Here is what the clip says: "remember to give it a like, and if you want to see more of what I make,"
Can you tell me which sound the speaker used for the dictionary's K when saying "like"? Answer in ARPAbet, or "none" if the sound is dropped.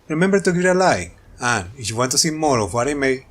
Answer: none